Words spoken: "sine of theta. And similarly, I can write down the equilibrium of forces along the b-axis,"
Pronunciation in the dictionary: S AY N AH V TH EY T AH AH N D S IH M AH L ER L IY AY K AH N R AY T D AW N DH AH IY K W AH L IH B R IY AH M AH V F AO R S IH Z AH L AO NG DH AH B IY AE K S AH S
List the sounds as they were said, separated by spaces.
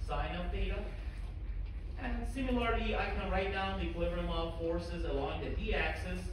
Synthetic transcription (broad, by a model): S AY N AH V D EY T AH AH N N S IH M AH L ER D IY AY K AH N R AY T D AW N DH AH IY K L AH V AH R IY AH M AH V F AO R S IH Z AH L AO NG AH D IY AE K S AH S